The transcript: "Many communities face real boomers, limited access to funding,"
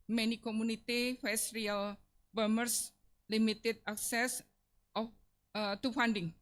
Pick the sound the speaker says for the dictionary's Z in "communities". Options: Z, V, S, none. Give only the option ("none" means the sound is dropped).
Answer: none